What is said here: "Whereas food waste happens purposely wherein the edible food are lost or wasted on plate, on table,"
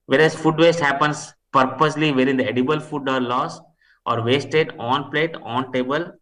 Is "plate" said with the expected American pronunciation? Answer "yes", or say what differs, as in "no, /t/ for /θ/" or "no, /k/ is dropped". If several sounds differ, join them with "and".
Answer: yes